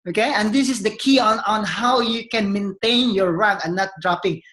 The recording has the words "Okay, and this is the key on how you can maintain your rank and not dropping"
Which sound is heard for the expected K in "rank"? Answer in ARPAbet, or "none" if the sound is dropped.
none